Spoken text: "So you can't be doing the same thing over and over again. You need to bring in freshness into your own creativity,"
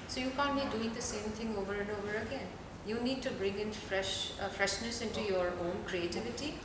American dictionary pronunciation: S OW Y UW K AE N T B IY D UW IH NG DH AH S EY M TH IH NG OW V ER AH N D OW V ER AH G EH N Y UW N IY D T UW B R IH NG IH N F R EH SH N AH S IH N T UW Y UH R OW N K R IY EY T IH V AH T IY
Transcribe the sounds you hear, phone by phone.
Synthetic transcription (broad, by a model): S OW Y UW K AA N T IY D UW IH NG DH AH S EY M T IH NG OW V ER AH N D OW V ER AH G EH N Y UW N IY D T UW B R IH NG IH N F R EH SH N AH S IH N T UW Y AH R OW N K R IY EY T IH V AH T IY